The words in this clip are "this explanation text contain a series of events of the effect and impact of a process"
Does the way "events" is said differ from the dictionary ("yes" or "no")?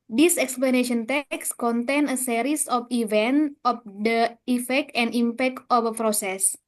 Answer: yes